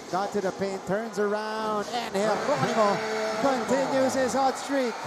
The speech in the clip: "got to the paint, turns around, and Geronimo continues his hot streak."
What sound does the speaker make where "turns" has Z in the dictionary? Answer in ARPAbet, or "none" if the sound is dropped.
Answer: Z